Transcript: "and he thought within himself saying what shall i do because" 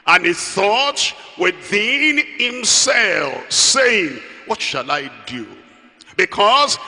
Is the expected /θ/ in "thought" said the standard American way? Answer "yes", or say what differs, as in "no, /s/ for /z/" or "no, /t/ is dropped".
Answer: yes